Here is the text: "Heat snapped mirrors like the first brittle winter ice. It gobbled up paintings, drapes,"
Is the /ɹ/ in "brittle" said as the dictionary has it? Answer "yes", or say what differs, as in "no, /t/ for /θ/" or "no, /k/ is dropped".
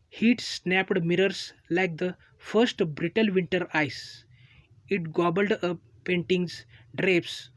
yes